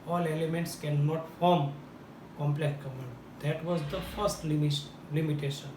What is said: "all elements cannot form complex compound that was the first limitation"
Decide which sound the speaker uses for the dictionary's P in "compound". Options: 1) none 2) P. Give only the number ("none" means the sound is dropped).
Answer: 1